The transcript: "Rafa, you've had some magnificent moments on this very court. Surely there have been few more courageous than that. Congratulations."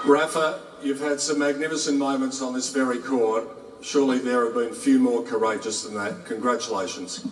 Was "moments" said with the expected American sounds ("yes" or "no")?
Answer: yes